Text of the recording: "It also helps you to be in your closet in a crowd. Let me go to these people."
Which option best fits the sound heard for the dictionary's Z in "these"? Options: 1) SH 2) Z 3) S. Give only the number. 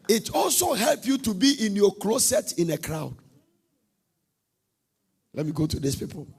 3